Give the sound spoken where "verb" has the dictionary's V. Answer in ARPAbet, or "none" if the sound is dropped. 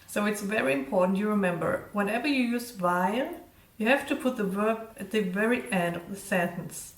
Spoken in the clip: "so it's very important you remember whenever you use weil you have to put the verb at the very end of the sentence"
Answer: V